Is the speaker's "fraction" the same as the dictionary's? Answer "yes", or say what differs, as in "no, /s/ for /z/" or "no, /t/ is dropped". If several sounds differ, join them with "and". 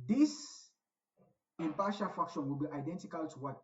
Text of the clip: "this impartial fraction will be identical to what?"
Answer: no, /ɹ/ is dropped